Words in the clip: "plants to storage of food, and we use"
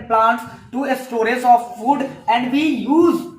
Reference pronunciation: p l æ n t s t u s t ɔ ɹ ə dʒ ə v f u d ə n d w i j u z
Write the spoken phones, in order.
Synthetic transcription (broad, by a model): p l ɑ n t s t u s t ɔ ɹ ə z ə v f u d ə n d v i j u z